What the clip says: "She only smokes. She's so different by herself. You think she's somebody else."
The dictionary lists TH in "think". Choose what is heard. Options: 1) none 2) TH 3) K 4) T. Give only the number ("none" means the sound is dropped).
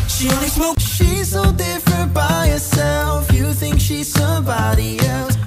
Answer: 2